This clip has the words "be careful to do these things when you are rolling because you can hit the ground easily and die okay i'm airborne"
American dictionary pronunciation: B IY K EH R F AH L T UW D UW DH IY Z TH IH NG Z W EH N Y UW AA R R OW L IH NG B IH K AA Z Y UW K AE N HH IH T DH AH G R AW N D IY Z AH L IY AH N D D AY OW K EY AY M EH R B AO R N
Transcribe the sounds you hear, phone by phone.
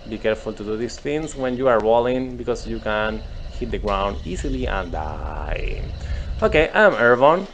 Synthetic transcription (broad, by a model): B IY K EH R F AH L T UW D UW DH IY S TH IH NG S W EH N Y UW AA R W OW L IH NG B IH K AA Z Y UW K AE N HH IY T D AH G R AW N D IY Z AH L IY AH N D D AY OW K EY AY M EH R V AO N